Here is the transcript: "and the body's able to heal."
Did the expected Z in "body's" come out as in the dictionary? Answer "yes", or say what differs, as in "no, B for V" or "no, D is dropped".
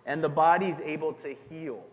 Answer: yes